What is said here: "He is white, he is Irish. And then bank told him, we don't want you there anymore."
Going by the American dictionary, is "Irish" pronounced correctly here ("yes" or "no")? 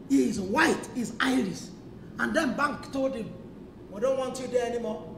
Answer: no